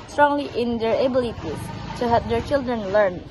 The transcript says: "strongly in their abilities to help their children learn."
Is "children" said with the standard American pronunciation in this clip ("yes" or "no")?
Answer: yes